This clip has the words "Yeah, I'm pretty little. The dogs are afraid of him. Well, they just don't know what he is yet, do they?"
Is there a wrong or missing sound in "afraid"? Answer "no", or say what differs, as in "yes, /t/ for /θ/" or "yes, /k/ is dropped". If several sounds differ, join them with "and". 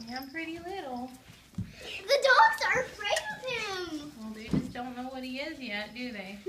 yes, /d/ is dropped